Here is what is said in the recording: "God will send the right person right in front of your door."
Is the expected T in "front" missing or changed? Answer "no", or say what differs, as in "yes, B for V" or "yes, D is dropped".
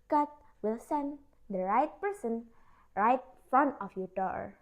yes, T is dropped